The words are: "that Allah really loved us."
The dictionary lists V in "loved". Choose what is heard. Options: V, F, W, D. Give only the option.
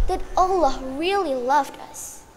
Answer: V